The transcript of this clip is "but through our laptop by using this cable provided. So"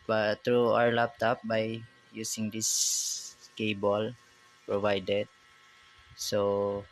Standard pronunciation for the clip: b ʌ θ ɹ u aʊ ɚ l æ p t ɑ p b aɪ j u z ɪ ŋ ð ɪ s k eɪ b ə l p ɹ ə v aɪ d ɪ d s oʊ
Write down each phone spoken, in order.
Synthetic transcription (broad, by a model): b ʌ t ɹ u aʊ ɚ l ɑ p t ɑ p b aɪ j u s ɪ ŋ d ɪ s k eɪ b ə l p ɹ ə v aɪ d ɪ d s oʊ